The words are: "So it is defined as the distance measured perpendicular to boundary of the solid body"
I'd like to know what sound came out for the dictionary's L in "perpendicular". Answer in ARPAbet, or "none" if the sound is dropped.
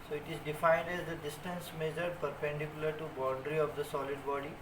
L